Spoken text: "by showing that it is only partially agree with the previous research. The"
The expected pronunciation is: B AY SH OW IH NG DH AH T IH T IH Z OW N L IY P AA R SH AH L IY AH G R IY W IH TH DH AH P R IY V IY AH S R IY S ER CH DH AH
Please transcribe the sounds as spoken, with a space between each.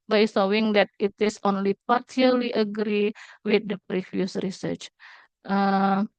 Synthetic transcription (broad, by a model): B AY S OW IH NG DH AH T IH T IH S OW N L IY P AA R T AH L IY AH G R IY W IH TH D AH P R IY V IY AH S R IY S ER CH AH